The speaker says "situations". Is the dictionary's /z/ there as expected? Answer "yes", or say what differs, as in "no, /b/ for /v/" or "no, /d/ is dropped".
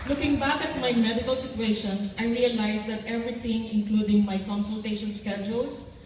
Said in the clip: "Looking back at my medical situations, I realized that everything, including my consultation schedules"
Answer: no, /s/ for /z/